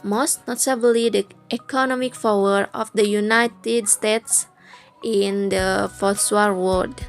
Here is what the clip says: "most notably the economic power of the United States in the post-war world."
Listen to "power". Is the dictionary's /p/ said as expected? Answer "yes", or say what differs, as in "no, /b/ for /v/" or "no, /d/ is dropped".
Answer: no, /f/ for /p/